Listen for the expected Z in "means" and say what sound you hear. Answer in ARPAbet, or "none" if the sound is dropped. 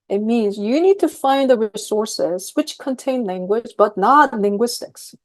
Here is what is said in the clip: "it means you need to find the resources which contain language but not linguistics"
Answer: Z